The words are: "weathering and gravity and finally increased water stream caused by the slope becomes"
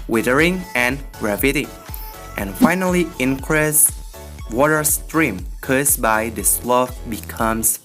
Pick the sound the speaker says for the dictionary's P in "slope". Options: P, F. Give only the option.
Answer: F